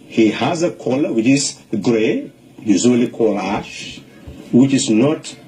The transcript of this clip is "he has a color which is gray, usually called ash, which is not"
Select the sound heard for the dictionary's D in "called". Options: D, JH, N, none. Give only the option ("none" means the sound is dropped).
none